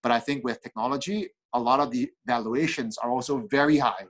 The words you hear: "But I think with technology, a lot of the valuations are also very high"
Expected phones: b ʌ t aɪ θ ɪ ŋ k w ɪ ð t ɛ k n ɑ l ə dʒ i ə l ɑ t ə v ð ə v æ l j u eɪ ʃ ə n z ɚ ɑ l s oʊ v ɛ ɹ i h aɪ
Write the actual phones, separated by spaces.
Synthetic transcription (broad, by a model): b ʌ t aɪ θ ɪ ŋ k w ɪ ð t ɛ k n ɑ l ə dʒ i ə l ɑ t ə v ð ə v æ l j u eɪ ʃ ə n z ɚ ɑ l s oʊ v ɛ ɹ i h aɪ